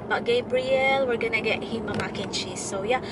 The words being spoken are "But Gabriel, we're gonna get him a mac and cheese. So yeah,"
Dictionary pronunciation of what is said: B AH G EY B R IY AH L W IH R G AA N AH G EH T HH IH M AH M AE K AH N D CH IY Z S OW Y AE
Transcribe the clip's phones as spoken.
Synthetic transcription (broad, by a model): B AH G EY B R IY AH L W IH R G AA N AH G EH T HH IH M AH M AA K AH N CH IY S OW Y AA